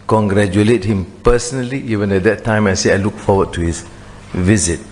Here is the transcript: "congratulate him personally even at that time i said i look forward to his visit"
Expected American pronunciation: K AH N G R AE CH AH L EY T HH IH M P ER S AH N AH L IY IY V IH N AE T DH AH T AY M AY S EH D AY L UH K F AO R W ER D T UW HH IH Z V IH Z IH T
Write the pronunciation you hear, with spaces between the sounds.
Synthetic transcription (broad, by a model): K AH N G R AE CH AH L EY T HH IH M P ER S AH N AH L IY IY V IH N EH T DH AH T AY M AY S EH AY L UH K F AO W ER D T UW HH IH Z V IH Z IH T